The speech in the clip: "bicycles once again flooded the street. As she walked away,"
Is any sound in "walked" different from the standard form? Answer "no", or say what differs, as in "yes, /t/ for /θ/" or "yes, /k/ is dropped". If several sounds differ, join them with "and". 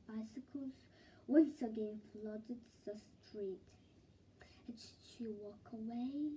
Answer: yes, /t/ is dropped